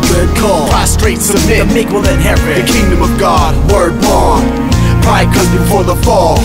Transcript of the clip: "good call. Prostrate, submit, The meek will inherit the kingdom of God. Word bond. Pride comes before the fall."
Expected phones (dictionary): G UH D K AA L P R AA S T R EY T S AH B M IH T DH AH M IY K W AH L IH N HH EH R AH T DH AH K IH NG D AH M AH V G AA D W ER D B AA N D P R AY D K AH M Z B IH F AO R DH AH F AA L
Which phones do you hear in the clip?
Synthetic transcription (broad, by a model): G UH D K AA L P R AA S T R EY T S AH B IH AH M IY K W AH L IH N HH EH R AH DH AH K IH NG D AH M AH V G AA D W ER D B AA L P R AY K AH Z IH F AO R DH AH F AA L